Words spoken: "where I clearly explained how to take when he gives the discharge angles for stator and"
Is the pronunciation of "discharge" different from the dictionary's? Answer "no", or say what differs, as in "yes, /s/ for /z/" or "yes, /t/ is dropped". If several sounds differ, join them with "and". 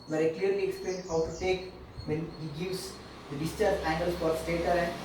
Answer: yes, /dʒ/ is dropped